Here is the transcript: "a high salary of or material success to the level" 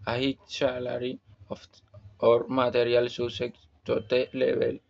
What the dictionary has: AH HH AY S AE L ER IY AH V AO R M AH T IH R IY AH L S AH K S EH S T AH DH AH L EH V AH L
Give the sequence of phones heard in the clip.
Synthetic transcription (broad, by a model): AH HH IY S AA L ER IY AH F AO R M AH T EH R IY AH L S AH S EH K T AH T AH L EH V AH L